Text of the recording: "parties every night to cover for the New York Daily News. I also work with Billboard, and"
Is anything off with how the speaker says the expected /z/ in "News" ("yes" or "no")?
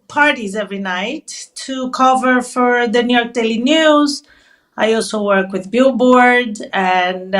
no